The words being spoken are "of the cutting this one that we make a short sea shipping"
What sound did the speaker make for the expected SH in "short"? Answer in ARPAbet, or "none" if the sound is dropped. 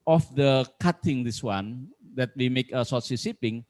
S